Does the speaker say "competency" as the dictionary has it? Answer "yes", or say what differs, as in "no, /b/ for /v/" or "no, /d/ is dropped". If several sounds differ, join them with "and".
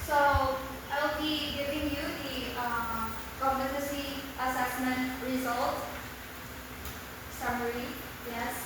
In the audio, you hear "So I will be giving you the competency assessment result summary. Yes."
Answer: no, /n/ is dropped